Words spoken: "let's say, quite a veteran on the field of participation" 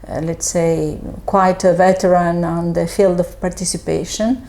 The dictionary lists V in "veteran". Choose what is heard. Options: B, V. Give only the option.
V